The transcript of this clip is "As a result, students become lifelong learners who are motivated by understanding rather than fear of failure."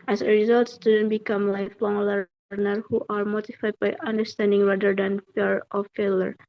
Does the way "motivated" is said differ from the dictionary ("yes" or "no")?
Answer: yes